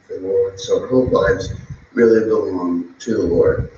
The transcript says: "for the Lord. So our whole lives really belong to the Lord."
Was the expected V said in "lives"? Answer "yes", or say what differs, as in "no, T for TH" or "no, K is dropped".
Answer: no, V is dropped